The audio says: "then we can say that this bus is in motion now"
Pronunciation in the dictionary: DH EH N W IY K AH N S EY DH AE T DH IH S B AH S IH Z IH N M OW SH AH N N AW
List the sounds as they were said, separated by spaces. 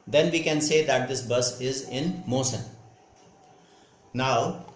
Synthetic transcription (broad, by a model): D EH N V IY K AH N S EY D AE T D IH S B AH S IH Z IH N M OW S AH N N AW